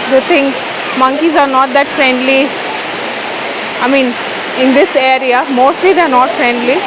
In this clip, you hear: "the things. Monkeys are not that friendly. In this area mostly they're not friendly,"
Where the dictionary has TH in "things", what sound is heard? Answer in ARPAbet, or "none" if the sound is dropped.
T